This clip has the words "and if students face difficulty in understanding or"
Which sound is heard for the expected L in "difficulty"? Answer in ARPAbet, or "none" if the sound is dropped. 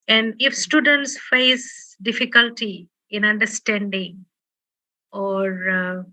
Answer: L